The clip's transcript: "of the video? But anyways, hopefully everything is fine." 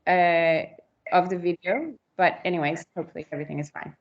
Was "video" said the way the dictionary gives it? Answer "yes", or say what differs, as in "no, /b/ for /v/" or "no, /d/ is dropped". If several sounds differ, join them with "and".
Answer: yes